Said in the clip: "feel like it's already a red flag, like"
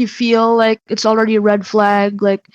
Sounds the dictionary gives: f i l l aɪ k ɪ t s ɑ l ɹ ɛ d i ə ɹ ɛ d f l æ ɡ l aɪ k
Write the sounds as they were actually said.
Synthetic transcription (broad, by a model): f i l l aɪ k ɪ t s l ɹ ɛ d i ə ɹ ɛ d f l æ ɡ l aɪ k